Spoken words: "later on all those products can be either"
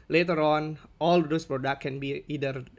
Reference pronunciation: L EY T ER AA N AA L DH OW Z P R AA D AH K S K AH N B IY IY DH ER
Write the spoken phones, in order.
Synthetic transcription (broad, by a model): L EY T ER AA N AA L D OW S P R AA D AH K K AH N B IY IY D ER